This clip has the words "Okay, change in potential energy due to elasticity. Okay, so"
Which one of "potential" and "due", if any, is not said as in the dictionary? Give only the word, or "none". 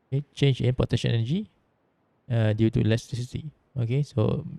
potential